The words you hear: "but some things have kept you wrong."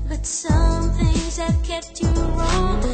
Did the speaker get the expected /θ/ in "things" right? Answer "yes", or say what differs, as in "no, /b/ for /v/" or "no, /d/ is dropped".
yes